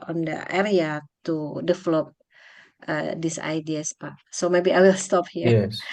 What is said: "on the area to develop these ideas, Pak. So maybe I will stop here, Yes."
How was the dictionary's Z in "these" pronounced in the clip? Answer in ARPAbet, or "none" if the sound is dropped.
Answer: S